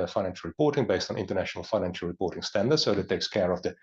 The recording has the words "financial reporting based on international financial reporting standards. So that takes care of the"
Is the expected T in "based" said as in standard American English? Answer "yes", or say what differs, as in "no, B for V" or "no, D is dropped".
yes